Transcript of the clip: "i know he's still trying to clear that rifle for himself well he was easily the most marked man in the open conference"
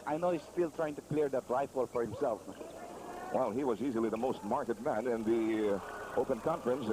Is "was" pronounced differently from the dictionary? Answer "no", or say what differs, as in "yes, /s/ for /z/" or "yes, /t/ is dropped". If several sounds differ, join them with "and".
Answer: no